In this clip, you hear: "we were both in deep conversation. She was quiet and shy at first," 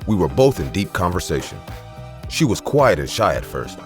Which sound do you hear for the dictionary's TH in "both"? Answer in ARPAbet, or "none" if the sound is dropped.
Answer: TH